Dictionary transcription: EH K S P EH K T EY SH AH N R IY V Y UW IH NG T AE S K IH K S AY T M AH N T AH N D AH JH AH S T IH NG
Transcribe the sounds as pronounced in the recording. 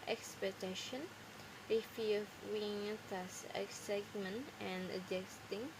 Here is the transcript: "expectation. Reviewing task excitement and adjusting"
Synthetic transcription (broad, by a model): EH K S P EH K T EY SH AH N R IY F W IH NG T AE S IH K S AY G M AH N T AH N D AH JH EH S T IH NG